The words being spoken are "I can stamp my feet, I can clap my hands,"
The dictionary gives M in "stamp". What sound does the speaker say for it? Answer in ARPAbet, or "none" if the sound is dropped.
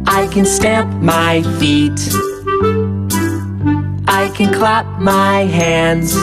M